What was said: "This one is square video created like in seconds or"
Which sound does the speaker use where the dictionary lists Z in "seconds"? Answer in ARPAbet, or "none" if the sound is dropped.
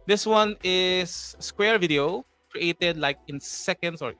S